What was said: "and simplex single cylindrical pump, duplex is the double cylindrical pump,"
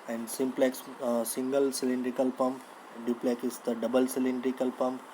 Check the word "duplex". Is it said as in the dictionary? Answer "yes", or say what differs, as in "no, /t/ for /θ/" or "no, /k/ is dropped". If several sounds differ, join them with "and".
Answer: no, /s/ is dropped